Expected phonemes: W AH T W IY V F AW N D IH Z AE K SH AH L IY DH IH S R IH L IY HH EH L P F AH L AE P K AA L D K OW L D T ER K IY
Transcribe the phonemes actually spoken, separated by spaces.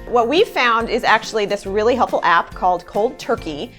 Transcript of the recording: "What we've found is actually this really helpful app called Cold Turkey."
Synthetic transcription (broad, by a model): W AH T W IY V F AW N D IH Z AE K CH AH L IY DH IH S R IH L IY HH EH L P F L AE P K AA L D K OW L D T ER K IY